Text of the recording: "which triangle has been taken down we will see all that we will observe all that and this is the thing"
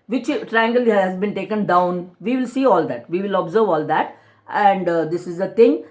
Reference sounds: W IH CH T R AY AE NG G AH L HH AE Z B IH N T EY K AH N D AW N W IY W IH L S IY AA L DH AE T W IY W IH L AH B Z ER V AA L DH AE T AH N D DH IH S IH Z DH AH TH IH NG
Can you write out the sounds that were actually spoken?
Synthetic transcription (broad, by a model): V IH CH T R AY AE NG G AH L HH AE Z B IH N T EY K AH N D AW N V IY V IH L S IY AA L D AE T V IY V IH L AH B Z ER V AA L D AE T AH N D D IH S IH Z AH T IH NG